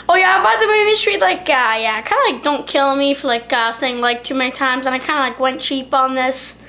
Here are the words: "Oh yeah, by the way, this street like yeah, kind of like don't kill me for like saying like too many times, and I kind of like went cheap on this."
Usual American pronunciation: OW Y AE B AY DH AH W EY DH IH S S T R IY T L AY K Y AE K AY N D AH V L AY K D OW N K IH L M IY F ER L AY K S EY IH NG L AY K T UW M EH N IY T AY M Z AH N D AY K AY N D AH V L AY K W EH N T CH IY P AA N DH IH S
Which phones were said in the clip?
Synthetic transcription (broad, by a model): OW Y AE B AY DH AH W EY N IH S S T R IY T L AY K Y AE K AY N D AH L AY K D OW N K IH L M IY F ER L AY K S EY IH NG L AY K T UW M EH N IY T AY M Z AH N AY K AY N D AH L AY K W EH N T CH IY P N DH IH S